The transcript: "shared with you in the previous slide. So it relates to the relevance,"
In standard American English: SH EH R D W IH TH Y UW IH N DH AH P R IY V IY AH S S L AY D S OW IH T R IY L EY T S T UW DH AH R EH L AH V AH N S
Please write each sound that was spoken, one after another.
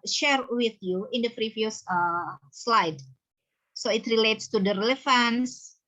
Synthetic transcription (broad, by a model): SH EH R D W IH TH Y UW IH N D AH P R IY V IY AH S S L AY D S OW IH T R IY L EY T S T UW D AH R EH L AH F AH N S